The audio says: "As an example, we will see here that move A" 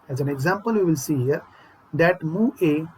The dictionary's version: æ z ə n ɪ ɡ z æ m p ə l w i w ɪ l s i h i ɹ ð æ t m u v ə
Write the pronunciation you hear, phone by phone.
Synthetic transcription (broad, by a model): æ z ə n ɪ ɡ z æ m p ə l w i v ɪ l s i h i ɹ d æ t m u ə